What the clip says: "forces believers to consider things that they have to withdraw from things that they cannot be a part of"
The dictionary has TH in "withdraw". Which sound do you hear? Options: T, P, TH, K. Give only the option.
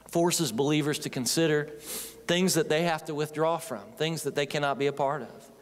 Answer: TH